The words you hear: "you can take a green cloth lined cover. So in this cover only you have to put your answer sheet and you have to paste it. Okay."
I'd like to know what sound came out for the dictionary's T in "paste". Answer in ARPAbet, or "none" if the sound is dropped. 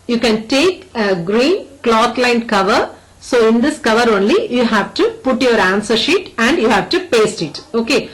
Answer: T